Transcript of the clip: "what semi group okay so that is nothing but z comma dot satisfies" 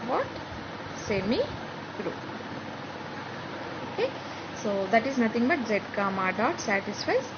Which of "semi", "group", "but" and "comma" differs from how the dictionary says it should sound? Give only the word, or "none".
group